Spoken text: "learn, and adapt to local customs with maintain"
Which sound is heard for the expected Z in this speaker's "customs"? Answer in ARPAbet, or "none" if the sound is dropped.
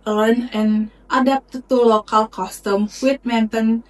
none